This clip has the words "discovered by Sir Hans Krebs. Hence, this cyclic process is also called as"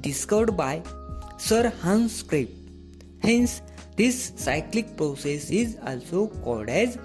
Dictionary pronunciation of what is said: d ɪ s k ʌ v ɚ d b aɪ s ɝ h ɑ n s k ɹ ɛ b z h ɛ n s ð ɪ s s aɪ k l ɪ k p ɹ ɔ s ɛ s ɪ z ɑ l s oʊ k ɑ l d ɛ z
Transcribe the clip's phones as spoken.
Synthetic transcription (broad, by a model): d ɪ s k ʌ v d b aɪ s ɝ h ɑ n s k ɹ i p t h ɛ n s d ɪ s s aɪ k l ɪ k p ɹ ɔ s ɛ s ɪ z ɑ l s oʊ k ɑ d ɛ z